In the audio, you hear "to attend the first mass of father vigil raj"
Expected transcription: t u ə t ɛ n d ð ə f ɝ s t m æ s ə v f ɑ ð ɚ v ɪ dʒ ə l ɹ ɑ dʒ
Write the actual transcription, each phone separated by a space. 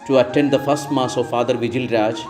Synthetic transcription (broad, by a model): t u ə t ɛ n d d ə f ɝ s t m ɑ s ə v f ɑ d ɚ v ɪ dʒ ə l ɹ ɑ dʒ